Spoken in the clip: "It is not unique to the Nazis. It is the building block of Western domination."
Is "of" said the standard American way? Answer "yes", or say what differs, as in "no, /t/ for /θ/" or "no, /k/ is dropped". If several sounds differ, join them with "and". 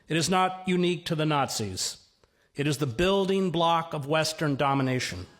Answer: yes